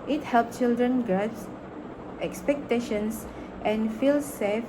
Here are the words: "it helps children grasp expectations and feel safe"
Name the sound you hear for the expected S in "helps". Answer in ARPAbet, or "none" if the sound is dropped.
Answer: none